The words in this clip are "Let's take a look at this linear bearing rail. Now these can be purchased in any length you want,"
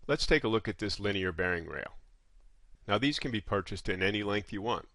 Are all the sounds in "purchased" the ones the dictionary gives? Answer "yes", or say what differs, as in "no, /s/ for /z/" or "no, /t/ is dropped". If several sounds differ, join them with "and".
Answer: yes